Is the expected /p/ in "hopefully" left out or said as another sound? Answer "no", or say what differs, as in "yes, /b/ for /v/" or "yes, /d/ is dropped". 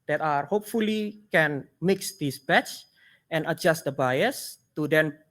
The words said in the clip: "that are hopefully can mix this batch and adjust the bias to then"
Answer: no